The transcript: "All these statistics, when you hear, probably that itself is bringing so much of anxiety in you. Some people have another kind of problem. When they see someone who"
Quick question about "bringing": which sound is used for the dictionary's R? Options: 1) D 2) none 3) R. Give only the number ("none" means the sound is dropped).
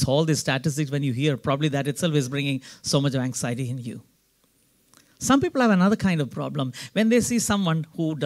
3